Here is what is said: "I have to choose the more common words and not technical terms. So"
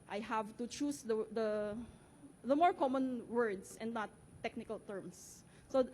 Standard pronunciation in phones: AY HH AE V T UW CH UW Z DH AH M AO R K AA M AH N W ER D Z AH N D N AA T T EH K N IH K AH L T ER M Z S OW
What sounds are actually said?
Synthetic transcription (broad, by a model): AY HH AE V T UW CH UW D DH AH M AO R K AA M AH N W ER D S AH N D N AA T T EH K N IH K AH L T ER M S S OW